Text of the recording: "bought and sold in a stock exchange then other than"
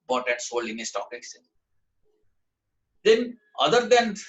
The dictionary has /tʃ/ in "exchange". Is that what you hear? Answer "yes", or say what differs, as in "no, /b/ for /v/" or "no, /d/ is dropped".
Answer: no, /tʃ/ is dropped